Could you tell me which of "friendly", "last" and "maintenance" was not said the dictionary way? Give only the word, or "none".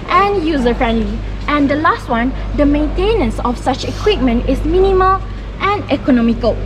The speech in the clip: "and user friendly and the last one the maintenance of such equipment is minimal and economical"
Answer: none